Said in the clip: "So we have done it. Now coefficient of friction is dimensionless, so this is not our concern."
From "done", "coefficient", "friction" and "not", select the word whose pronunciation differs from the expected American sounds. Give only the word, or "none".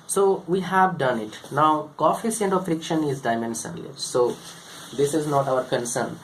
coefficient